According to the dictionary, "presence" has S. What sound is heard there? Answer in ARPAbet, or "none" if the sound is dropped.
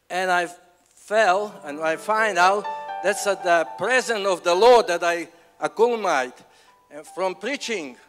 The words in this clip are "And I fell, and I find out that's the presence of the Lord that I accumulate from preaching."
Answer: none